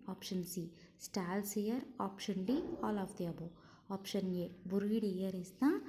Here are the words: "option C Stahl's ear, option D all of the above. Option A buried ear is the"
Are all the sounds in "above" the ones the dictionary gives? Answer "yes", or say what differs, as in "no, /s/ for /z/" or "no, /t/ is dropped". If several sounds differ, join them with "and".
no, /v/ is dropped